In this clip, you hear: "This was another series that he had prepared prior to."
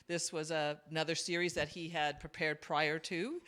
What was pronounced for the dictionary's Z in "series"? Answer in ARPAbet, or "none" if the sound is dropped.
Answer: Z